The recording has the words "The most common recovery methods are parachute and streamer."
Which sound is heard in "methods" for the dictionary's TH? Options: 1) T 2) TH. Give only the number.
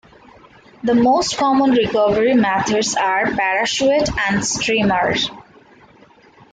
1